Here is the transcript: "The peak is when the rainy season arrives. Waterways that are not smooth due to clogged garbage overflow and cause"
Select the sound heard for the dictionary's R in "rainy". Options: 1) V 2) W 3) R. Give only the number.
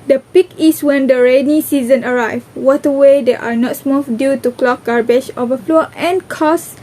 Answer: 3